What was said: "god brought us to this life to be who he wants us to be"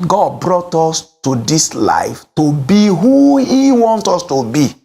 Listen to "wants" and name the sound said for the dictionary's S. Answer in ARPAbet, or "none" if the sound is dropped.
none